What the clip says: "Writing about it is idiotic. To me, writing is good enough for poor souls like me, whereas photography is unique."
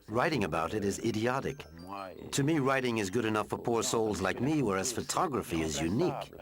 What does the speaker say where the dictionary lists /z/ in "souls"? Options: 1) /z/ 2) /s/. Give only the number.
1